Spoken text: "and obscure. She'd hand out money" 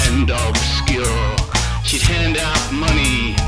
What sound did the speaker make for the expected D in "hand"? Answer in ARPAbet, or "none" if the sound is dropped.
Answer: D